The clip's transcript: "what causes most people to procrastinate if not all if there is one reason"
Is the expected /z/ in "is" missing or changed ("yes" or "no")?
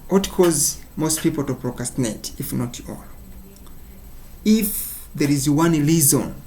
no